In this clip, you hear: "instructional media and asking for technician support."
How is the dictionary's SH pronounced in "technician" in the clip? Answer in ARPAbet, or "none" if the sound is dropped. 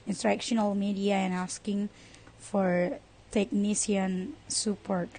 S